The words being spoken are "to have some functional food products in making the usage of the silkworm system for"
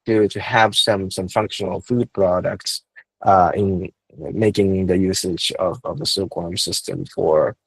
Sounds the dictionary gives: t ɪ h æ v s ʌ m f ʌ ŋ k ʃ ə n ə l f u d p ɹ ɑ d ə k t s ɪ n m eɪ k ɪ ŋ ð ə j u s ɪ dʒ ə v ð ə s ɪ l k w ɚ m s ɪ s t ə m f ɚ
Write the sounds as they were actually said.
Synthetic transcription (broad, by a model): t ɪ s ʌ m s ʌ m f ʌ ŋ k ʃ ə n l f u d p ɹ ɑ d ə k t s ɪ n m eɪ k ɪ ŋ ð ə j u s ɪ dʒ ə v ð ə s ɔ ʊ k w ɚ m s ɪ s t ə m f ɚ